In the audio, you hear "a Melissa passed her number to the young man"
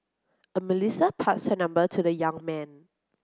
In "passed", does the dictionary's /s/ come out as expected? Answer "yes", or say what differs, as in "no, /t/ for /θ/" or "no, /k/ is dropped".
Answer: no, /s/ is dropped